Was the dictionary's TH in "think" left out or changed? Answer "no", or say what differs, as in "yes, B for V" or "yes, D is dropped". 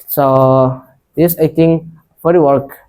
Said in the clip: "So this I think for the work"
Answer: yes, T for TH